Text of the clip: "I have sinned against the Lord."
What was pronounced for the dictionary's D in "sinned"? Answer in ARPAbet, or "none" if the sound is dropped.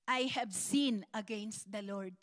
none